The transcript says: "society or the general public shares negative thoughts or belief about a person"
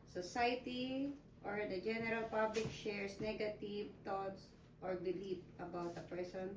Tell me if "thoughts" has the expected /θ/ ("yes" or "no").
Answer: no